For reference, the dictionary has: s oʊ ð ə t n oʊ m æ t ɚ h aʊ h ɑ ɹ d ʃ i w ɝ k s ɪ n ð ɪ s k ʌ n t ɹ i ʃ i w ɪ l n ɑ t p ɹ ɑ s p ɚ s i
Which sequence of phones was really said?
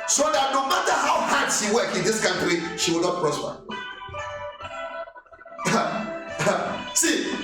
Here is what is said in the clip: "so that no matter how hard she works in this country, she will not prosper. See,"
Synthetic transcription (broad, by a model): s oʊ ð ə t n oʊ m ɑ t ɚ h aʊ h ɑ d s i w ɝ k ɪ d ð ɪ s k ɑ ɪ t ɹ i ʃ i w ɪ l n ɑ t p ɹ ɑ s p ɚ s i